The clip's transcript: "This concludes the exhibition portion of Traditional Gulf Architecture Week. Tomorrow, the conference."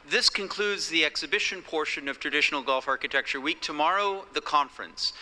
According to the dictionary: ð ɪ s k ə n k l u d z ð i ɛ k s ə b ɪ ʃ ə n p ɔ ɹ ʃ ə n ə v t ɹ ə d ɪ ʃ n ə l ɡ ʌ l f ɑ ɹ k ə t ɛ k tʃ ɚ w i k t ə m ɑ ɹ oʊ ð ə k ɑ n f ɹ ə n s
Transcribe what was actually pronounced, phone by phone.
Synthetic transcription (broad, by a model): ð ɪ s k ə n k l u d z ð i ɛ k s ə b ɪ ʃ ə n p ɔ ɹ ʃ ə n ə v t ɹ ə d ɪ ʃ n l ɡ ʌ l f ɑ ɹ k ə t ɛ k tʃ ɚ w i k t ə m ɑ ɹ oʊ ð ə k ɑ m f ɹ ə n s